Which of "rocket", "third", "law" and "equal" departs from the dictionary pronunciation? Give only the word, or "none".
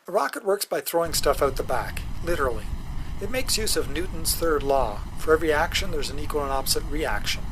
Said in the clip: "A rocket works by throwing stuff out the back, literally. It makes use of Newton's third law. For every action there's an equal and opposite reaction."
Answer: none